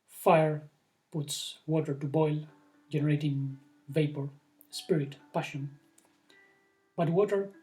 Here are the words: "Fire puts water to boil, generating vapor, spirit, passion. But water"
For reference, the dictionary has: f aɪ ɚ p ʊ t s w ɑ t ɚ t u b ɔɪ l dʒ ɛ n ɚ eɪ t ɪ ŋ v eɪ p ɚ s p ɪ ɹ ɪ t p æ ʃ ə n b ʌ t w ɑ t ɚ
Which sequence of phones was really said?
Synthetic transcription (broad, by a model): f aɪ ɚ p ʊ t s w ɑ t ɚ t u b ɔɪ l dʒ ɛ n ɚ eɪ t ɪ ŋ v eɪ p ɚ s p ɪ ɹ ɪ t p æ ʃ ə n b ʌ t w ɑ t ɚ